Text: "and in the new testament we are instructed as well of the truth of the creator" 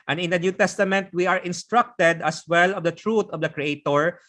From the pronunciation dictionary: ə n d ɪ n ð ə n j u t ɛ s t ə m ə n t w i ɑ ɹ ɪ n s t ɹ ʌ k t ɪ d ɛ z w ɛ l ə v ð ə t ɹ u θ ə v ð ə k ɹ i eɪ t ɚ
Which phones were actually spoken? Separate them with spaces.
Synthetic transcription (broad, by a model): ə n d ɪ n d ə n j u t ɛ s t ə m ə n t w i ɑ ɹ ɪ n s t ɹ ʌ k t ɪ d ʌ s w ɛ l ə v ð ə t ɹ u t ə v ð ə k ɹ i eɪ t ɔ